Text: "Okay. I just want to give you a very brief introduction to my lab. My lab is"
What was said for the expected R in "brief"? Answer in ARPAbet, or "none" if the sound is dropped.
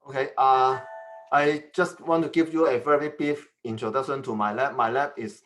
none